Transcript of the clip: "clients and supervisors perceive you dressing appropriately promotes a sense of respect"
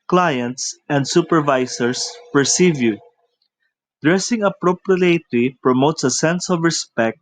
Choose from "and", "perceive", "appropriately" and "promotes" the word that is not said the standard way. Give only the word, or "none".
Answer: appropriately